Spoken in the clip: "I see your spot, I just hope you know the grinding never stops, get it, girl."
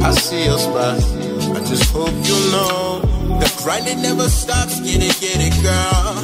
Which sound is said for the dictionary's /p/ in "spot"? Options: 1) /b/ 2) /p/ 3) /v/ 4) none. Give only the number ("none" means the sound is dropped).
1